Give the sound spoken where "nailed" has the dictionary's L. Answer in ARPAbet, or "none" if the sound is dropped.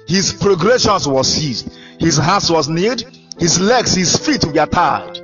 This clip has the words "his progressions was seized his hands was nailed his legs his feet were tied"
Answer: none